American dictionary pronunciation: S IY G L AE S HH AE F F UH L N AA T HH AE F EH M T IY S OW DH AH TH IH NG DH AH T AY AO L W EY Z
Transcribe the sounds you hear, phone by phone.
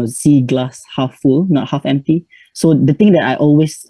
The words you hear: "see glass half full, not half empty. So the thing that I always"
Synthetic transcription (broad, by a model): S IY G L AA S HH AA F F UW L N AA T HH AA F EH M T IY S OW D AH T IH NG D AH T AY AO L W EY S